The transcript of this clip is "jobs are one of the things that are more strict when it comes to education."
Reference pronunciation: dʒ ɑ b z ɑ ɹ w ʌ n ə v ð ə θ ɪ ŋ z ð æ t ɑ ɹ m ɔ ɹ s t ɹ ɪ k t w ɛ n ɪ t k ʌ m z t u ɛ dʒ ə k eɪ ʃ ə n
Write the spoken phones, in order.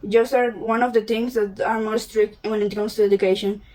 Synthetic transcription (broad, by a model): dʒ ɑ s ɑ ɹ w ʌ n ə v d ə t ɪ ŋ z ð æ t ɑ ɹ m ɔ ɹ s t ɹ ɪ k t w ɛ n ɪ t k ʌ m s t u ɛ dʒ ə k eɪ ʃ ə n